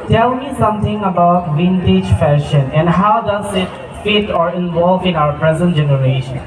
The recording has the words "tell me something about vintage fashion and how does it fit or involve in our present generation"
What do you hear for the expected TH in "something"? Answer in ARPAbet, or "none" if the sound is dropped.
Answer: T